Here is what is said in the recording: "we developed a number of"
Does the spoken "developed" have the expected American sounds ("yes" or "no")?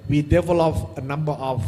no